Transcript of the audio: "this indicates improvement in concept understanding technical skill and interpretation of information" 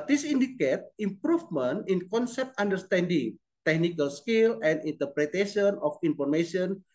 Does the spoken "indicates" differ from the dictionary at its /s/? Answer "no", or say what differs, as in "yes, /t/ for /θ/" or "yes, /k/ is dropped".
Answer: yes, /s/ is dropped